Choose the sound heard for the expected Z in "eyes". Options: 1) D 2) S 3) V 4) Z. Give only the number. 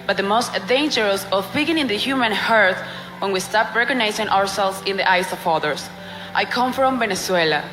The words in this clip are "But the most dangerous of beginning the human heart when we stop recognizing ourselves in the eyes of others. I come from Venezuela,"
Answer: 2